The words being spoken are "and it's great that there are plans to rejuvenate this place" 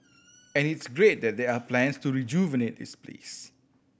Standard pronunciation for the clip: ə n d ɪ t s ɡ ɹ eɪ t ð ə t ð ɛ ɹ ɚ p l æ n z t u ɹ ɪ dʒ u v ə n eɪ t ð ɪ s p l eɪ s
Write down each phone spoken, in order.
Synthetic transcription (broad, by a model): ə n ɪ t s ɡ ɹ eɪ t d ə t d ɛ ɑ p l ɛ n s t u ɹ ɪ dʒ u v ə n eɪ t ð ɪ s p l eɪ s